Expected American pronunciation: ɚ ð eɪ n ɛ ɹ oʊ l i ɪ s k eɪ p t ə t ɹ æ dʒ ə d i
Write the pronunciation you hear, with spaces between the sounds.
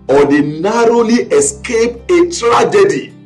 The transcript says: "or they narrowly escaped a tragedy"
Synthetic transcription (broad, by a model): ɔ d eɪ n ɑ ɹ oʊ l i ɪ s k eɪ p ə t ɹ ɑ dʒ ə d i